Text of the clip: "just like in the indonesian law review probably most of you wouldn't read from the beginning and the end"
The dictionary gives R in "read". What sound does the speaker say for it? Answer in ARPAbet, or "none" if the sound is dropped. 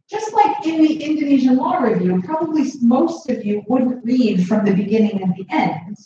L